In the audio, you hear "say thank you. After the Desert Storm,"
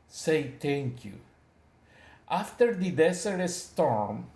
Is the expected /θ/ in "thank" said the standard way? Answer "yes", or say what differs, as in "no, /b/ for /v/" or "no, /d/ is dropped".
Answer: no, /t/ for /θ/